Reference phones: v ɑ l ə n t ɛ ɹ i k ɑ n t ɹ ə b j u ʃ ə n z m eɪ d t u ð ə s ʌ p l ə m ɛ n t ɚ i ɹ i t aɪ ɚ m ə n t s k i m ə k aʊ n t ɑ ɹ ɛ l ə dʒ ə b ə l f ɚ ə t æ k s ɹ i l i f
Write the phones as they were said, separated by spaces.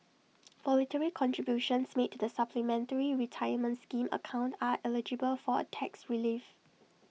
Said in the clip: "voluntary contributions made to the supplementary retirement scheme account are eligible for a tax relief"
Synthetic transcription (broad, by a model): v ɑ l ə t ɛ ɹ i k ɑ n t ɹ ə b j u ʃ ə n s m eɪ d t u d ə s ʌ p l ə m ɛ n t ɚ i ɹ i t aɪ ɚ m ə n t s k i m ə k aʊ n t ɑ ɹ ɛ l ə dʒ ə b ə l f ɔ ə t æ k s ɹ i l i f